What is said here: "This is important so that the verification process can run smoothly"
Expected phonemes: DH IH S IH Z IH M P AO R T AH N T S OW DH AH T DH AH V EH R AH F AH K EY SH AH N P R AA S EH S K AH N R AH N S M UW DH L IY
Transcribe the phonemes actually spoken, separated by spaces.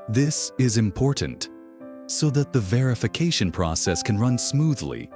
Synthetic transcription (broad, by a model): DH IH S IH Z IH M P AO R T N T S OW DH AH T DH AH V EH R AH F AH K EY SH AH N P R AA S EH S K AH N R AH N S M UW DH L IY